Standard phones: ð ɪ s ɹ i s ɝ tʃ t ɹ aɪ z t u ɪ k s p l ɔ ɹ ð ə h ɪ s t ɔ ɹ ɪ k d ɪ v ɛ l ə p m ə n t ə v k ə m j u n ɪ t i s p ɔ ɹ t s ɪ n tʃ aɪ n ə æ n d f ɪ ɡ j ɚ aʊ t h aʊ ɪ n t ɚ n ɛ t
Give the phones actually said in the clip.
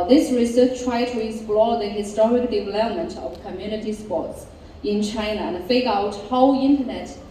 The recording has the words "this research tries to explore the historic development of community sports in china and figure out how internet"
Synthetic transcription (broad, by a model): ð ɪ s ɹ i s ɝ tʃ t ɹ aɪ t u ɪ k s p l ɔ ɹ ð ə h ɪ s t ɔ ɹ ɪ k d ɪ v ɛ l ə p m ə n t ə v k ə m j u n ɪ t i s p ɔ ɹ t s ɪ n tʃ aɪ n ə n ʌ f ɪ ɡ aʊ t h aʊ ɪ n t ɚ n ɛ t